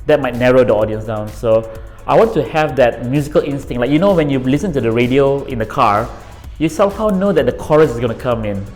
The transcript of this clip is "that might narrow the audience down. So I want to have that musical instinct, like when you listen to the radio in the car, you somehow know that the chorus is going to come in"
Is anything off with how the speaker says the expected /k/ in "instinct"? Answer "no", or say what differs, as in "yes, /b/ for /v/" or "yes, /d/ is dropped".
yes, /k/ is dropped